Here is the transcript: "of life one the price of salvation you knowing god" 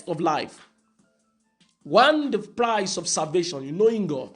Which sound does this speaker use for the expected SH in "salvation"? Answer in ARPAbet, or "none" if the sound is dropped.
SH